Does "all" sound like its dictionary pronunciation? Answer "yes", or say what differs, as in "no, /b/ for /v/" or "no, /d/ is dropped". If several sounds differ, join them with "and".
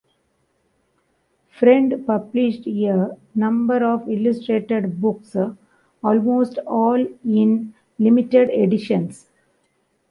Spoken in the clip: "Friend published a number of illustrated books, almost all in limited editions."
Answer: yes